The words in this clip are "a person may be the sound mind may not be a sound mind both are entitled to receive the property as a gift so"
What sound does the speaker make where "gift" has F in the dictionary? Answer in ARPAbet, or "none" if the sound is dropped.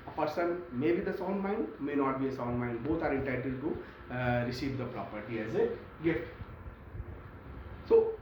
none